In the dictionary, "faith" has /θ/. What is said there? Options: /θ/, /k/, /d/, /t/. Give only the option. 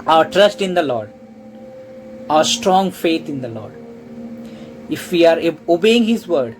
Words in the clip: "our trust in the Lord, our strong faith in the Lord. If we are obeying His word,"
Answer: /t/